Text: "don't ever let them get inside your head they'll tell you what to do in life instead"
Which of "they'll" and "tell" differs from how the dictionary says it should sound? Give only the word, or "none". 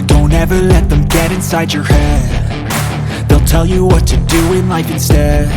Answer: none